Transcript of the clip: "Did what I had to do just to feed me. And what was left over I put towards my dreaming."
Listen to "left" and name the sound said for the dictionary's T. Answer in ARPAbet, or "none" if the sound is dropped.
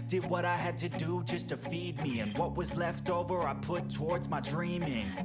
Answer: T